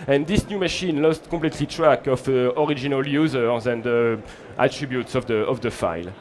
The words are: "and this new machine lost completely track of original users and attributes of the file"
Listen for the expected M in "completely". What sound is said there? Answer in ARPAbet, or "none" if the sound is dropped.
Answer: none